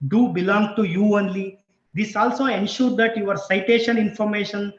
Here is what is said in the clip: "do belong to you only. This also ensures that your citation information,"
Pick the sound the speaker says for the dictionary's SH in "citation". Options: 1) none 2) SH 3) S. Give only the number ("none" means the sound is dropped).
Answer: 2